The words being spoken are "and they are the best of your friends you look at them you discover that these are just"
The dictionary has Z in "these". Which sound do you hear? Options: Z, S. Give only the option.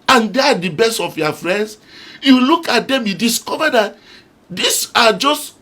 S